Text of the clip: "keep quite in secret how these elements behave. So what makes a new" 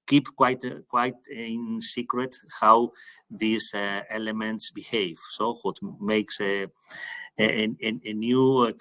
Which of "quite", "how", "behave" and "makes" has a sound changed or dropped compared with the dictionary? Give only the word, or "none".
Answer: none